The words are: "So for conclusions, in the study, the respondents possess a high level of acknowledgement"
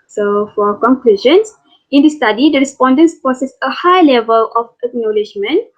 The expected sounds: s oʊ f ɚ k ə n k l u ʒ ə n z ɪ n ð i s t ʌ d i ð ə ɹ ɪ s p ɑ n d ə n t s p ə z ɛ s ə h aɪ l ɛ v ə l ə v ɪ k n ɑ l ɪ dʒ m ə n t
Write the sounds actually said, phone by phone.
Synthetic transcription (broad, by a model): s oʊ f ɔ k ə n k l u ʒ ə n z ɪ n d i s t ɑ d i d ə ɹ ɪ s p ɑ n d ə n s p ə s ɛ s ə h aɪ l ɛ v ə l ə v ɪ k n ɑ l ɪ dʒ m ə n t